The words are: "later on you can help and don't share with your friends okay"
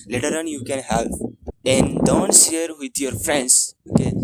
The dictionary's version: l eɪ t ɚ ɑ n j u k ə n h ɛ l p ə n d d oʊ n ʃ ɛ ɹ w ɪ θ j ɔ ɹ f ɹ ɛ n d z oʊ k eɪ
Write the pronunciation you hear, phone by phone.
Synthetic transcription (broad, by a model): l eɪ t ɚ ɑ n j u k ə n h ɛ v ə n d d oʊ n s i ɹ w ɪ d j ɔ ɹ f ɹ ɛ n d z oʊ k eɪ